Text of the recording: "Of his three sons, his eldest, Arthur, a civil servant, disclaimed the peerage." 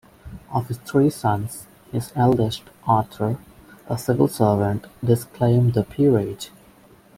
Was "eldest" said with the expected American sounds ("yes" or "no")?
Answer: yes